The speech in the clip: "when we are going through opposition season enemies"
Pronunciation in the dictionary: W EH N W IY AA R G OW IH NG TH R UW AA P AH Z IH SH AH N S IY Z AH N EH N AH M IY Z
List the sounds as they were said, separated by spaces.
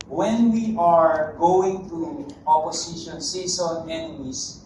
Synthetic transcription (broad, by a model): W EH N W IY AA R G OW IH NG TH R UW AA P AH S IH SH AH N S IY S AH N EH N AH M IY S